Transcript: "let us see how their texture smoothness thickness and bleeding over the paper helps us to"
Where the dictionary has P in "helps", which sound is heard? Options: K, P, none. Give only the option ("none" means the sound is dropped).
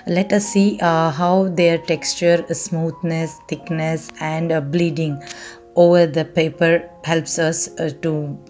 P